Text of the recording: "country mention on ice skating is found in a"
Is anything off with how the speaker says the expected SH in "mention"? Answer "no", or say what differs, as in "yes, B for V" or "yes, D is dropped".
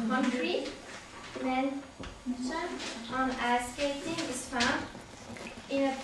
yes, SH is dropped